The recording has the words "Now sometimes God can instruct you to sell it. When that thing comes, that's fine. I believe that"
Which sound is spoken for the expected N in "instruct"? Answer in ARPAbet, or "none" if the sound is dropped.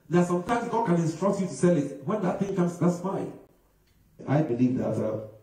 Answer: N